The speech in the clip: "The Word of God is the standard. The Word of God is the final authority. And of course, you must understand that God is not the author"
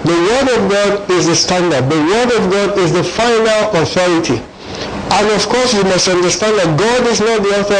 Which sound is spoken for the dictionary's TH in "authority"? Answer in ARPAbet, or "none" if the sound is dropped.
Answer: TH